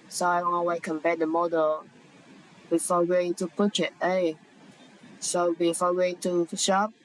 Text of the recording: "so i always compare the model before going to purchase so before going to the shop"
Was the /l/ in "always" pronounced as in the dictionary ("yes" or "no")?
no